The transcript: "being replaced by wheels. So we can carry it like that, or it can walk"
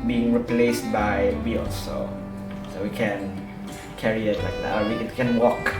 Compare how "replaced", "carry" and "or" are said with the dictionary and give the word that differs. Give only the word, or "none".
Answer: or